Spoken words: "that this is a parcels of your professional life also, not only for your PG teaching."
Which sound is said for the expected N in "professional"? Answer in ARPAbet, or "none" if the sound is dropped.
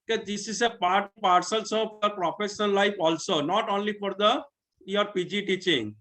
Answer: none